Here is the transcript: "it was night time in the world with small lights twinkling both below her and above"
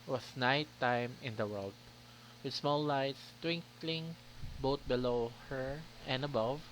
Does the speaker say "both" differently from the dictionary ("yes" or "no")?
yes